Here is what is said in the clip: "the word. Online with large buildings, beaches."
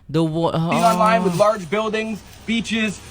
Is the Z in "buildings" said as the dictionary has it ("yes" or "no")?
yes